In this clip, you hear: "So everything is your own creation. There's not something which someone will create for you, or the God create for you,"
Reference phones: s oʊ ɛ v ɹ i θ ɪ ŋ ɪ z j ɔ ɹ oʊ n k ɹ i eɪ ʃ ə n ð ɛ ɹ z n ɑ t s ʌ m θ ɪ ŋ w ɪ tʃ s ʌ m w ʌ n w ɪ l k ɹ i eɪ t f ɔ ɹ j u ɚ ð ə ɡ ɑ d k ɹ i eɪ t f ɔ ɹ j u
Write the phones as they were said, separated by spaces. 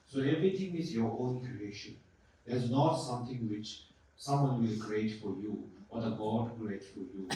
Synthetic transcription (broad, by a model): s oʊ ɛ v ɹ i t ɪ ŋ ɪ z j ɔ ɹ oʊ n k ɹ i eɪ ʃ ə n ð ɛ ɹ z n ɑ t s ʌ m t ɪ ŋ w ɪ tʃ s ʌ m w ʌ n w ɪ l k ɹ i eɪ t f ɔ ɹ j u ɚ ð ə ɡ ɑ d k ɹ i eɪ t f ɔ ɹ j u